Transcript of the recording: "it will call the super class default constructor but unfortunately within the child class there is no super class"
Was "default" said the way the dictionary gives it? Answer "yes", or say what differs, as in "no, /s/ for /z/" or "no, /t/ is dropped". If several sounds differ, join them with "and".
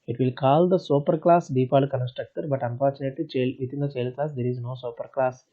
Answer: no, /p/ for /f/